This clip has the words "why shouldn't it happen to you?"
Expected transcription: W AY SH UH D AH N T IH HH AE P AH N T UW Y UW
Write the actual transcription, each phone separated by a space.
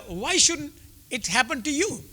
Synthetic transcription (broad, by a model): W AY SH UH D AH T HH AE P AH N T UW Y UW